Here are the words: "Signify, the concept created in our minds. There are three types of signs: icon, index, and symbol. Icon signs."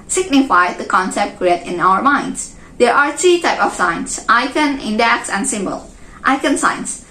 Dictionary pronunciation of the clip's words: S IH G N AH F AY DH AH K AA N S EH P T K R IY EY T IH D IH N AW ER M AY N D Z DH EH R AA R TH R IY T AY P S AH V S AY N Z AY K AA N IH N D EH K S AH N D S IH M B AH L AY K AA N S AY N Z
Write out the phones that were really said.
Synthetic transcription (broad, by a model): S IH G N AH F AY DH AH K AA N S EH P T K R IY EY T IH IH N AW ER M AY N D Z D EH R AA R T R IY T AY P AH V S AY N S AY K AA N IH N D EH K S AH N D S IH M B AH L AY K AA N S AY N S